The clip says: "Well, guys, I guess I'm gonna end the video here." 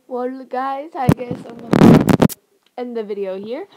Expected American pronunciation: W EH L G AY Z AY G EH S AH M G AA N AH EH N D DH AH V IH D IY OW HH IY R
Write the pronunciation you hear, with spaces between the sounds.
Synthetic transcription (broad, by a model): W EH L G AY Z AY G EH AH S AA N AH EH N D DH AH V IH D IY OW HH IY R